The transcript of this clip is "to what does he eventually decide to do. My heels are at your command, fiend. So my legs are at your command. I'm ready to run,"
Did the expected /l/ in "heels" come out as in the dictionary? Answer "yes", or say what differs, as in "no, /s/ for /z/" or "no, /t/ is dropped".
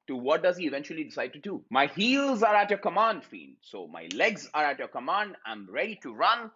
yes